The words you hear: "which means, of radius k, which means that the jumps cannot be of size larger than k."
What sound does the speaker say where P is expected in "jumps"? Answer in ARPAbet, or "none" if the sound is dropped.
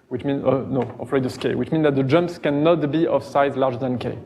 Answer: P